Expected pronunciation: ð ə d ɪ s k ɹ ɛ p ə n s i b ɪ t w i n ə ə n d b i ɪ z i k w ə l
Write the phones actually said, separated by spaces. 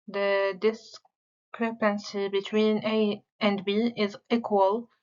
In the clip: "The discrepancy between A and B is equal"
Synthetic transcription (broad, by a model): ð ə d ɪ s k ɹ ɛ p ə n s i b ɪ t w i n ə ə n d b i ɪ z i k w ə l